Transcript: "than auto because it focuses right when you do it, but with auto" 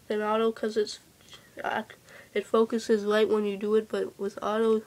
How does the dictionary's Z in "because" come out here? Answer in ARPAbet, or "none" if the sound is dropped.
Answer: S